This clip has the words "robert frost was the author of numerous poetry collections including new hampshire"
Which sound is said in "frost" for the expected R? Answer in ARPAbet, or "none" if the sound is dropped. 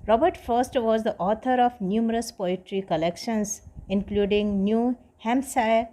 none